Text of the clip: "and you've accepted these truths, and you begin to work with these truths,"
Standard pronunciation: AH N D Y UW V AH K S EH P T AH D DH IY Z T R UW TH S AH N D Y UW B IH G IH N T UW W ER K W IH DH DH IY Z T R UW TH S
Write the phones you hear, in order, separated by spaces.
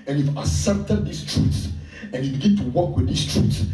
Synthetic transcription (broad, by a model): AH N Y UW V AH S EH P T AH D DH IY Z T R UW T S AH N Y UW B IH G IH N T UW W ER K W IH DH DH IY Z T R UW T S